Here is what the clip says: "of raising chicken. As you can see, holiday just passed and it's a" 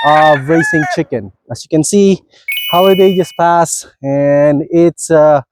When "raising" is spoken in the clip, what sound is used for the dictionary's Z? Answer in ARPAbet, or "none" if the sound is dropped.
S